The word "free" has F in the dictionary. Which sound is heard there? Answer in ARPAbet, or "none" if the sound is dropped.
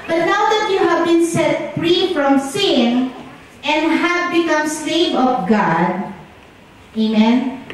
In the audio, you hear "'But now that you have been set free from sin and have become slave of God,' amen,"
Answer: F